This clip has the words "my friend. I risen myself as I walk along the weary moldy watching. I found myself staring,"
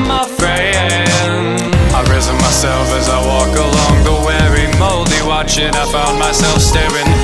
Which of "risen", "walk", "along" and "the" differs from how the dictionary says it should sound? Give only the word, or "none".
none